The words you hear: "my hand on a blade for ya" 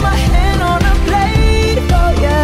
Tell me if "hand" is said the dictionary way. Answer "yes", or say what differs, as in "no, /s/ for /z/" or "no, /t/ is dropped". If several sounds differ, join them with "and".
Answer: no, /d/ is dropped